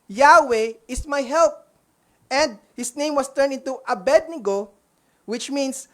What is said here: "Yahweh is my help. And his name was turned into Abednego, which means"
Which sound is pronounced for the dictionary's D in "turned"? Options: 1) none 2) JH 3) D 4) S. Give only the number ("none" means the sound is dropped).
1